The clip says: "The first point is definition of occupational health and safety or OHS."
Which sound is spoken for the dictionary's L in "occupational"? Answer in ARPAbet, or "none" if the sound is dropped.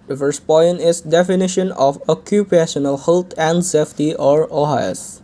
L